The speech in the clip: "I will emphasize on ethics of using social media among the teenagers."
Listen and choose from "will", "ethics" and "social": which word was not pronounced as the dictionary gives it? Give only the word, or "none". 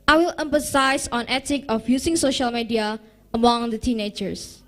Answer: ethics